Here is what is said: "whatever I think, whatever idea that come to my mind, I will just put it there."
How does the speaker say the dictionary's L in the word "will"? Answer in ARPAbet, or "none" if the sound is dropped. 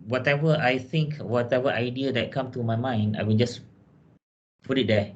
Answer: N